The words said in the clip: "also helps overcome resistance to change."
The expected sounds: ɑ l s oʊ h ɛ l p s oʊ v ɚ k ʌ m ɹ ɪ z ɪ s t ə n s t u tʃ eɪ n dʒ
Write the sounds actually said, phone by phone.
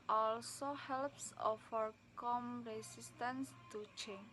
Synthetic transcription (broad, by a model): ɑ l s oʊ h ɛ l p s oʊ f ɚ k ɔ m ɹ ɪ s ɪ s t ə n s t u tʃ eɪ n